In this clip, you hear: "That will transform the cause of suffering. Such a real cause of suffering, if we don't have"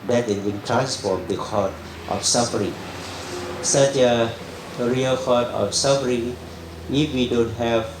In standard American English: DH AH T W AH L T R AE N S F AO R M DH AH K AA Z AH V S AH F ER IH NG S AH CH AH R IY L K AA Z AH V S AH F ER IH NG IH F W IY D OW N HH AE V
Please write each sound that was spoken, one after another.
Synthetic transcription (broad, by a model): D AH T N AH N T R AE N S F AO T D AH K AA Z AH F S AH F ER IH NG S AH CH AH R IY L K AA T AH F S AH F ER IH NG IH F W IY D OW N HH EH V